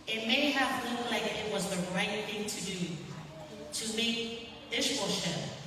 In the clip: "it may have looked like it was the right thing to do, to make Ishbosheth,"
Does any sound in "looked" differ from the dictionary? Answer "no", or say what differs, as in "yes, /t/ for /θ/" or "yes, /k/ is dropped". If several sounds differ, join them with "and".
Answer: yes, /k/ is dropped